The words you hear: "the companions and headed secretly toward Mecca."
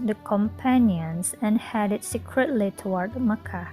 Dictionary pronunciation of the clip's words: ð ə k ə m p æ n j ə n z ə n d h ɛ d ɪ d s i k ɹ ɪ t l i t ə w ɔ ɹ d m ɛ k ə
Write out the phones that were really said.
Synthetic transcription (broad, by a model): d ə k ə m p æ n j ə n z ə n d h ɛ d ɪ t s i k ɹ ɪ t l i t ə w ɔ ɹ d m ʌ k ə